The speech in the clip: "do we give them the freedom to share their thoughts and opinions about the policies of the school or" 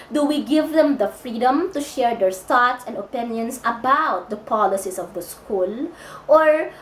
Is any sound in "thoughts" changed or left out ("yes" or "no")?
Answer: yes